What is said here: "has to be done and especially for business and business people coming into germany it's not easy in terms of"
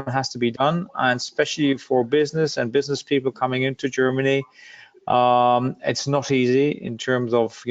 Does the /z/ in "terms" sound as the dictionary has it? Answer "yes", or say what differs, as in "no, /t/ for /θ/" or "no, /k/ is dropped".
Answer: yes